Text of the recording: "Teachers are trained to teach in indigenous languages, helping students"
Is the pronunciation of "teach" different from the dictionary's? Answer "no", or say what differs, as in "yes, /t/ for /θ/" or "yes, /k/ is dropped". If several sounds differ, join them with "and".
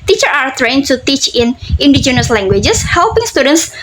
no